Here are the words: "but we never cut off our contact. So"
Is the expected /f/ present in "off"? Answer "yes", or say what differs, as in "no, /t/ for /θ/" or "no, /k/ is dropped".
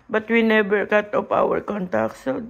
no, /p/ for /f/